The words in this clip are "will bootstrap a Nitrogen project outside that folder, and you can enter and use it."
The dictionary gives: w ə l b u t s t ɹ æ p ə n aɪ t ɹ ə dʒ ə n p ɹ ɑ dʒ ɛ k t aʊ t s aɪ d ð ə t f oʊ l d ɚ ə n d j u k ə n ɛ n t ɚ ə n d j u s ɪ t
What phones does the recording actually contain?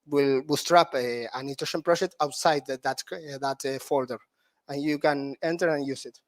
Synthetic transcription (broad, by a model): w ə l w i s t ɹ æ p ə n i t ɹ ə ʃ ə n p ɹ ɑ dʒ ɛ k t aʊ t s aɪ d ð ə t f oʊ l d ɚ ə n j u k ə n ɛ n t ɚ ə n j u s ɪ t